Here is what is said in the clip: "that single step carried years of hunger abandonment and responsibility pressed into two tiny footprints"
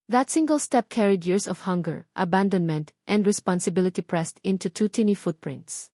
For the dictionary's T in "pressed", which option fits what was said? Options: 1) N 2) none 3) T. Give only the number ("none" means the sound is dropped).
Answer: 3